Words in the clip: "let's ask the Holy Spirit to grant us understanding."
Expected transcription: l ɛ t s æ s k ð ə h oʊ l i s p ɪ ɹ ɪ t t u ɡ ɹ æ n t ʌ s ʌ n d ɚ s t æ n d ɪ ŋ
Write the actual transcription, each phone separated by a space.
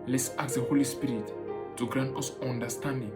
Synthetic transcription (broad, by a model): l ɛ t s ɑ k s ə h oʊ l i s p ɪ ɹ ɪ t t u ɡ ɹ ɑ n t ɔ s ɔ n d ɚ s t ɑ n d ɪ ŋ